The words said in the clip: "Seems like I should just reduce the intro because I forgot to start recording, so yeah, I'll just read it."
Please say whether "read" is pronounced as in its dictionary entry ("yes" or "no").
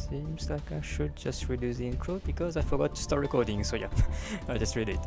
yes